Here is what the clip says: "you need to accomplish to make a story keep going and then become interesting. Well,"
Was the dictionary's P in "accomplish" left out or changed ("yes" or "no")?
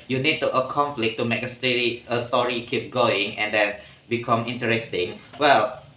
yes